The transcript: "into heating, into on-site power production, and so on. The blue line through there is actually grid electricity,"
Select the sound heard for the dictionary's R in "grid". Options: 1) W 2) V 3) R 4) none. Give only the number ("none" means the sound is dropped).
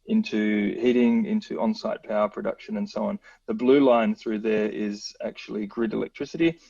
3